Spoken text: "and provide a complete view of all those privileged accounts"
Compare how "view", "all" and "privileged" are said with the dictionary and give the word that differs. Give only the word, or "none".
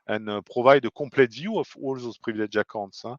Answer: privileged